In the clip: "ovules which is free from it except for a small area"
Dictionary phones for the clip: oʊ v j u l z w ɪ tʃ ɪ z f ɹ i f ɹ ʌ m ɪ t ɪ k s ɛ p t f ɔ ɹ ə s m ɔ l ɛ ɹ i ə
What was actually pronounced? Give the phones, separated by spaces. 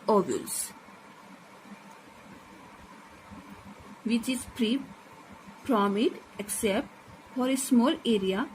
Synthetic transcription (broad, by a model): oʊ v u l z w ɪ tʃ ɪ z p ɹ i p ɹ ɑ m ɪ t ɪ k s ɛ p t f ɔ ɹ ə s m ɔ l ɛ ɹ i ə